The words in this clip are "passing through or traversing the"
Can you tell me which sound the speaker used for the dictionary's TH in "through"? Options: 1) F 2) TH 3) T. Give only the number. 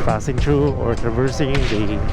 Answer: 3